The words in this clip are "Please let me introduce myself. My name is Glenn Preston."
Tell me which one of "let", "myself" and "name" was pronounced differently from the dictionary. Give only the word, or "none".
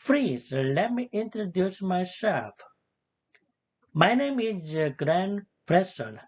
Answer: myself